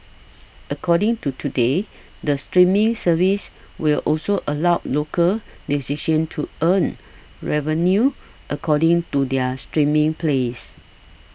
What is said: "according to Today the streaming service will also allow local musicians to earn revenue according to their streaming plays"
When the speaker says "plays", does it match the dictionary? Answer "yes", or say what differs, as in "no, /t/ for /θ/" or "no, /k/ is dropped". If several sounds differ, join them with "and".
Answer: no, /s/ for /z/